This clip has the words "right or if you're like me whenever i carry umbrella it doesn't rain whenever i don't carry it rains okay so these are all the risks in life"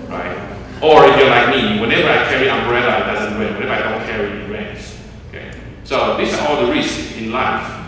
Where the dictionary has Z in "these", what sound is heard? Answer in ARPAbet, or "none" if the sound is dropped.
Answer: S